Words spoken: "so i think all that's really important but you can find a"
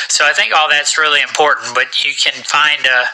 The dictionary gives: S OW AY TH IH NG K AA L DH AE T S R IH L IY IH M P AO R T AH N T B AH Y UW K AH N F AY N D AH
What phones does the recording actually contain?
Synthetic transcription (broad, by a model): S OW AY TH IH NG K AA L DH AE T S R IH L IY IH M P AO R T N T B AH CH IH K AH N F AY N D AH